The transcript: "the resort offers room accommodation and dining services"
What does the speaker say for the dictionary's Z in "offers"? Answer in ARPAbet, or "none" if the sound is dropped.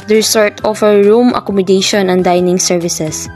none